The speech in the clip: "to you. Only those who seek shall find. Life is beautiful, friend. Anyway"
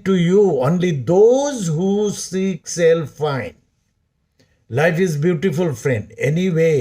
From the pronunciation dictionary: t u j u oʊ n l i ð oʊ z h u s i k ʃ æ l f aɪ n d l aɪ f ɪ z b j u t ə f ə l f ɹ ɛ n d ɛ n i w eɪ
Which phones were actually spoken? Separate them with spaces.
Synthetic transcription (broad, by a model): t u j u oʊ n l i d oʊ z h u s i k s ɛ l f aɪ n l aɪ f ɪ z b j u t ə f ə l f ɹ ɛ n d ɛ n i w eɪ